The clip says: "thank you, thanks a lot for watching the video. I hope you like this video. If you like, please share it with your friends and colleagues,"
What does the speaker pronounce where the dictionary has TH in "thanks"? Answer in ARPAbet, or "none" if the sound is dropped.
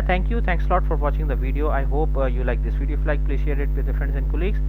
T